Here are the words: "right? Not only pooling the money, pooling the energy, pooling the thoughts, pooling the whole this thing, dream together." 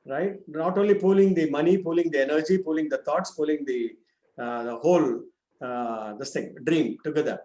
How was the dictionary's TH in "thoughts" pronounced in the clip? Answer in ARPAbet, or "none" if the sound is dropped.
T